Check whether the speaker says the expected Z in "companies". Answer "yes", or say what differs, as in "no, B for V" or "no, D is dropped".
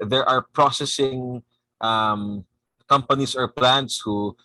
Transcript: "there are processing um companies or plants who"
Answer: no, S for Z